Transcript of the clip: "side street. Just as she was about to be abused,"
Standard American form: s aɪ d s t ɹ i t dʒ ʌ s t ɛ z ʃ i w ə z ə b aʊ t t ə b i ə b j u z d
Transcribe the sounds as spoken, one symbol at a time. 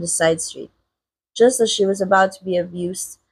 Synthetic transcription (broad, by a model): s aɪ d s t ɹ i t dʒ ʌ s t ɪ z ʃ i w ə z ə b aʊ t t ə b i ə b j u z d